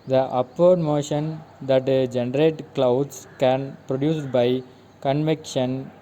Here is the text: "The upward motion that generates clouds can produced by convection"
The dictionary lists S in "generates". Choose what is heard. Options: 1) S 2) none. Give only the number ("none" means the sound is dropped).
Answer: 2